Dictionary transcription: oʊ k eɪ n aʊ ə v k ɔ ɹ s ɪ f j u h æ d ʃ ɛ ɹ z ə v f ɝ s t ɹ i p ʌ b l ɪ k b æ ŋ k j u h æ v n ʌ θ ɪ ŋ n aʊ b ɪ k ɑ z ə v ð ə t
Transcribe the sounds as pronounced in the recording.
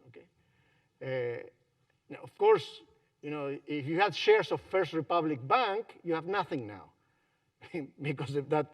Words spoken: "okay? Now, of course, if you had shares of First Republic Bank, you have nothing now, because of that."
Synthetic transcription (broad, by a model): oʊ k eɪ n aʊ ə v k ɔ ɹ s ɪ f j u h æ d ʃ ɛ ɹ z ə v f ɝ s t ɹ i p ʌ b l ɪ k b æ ŋ k j u h æ v n ʌ θ ɪ ŋ n aʊ b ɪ k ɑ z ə f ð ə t